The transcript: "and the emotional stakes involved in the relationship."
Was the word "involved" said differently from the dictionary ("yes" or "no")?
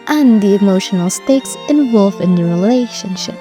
yes